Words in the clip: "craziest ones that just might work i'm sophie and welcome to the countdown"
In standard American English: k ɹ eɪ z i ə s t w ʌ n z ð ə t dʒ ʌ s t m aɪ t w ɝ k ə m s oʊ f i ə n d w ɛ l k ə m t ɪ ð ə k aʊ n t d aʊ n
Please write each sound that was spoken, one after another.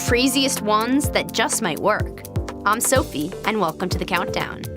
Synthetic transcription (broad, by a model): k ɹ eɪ z i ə s t w ʌ n z ð ə t dʒ ʌ s t m aɪ t w ɝ k ə m s oʊ f i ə n w ɛ l k ə m t ɪ ð ə k aʊ n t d aʊ n